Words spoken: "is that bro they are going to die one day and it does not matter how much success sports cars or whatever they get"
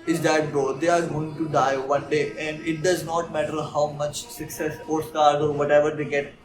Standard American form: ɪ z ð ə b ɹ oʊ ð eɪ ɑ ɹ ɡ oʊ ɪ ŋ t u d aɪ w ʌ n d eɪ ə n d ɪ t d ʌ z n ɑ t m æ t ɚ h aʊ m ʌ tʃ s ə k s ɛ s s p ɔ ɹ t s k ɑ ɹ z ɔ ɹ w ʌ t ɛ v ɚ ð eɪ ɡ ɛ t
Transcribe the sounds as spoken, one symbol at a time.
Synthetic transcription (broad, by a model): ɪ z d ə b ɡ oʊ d eɪ ɑ ɹ ɡ oʊ ɪ ŋ t u d aɪ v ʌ n d eɪ ə n d ɪ t d ʌ z n ɑ t m æ t ɚ h aʊ m ʌ tʃ s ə k s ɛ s s ɔ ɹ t s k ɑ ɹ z ɔ ɹ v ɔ t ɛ v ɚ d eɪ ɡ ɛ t